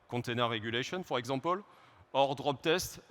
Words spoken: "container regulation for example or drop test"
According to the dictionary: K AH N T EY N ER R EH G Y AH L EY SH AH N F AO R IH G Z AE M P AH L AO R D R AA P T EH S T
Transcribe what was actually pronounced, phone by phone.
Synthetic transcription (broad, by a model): K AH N T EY N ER R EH G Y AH L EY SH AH N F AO R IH G Z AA P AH L AO R D R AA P T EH S T